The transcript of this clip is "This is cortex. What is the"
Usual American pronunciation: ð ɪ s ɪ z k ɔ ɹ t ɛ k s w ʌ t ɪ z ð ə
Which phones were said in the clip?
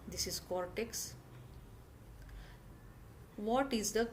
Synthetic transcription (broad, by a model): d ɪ s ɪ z k ɔ ɹ t ɛ k s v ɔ t ɪ z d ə